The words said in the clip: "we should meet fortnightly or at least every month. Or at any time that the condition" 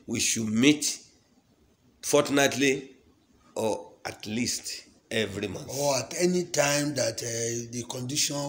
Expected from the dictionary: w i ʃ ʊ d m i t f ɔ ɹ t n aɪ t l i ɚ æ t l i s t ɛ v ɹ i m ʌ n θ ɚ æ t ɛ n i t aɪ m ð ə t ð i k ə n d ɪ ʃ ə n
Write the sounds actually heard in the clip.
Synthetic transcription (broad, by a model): w i ʃ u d m i t f ɔ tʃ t n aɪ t l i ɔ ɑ t l i s t ɛ v ɹ i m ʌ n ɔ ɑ t ɛ n i t aɪ m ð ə t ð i k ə n d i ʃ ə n